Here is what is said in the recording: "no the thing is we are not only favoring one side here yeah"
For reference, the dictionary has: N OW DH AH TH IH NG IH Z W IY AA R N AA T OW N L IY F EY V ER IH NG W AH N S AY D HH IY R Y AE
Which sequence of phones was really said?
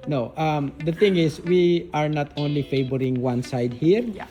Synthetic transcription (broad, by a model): N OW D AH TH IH NG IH S W IY AA R N AA T OW N L IY F EY B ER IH NG W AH N S AY D HH IY R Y